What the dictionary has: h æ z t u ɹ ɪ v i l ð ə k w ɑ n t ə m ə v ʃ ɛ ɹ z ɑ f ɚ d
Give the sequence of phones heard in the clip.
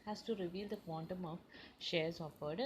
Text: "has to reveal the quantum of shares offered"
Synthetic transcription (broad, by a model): h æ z t u ɹ ɪ v i l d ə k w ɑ n t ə m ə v ʃ ɛ ɹ z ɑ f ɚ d